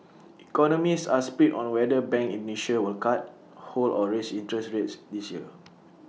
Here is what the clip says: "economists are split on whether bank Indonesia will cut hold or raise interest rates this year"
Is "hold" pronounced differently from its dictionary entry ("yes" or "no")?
yes